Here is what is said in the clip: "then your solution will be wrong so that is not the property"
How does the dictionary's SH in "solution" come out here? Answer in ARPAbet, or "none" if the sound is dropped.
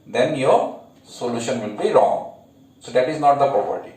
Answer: SH